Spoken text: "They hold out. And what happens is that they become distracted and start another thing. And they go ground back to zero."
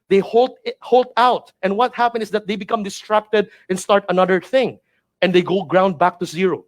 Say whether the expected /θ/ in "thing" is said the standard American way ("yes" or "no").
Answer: yes